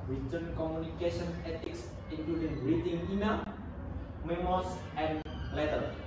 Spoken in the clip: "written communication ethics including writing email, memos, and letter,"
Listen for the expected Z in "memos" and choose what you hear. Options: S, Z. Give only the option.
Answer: S